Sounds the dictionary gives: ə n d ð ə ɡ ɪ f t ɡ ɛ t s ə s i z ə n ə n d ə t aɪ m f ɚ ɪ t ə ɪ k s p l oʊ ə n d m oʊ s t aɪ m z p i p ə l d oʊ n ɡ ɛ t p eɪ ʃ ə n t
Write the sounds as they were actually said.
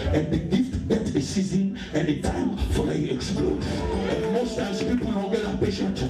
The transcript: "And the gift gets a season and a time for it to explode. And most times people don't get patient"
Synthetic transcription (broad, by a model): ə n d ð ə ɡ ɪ f t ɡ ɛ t ə s i z ə n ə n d ə t aɪ m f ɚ ɪ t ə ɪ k s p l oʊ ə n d m oʊ s t aɪ m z p i p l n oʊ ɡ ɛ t p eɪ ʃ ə n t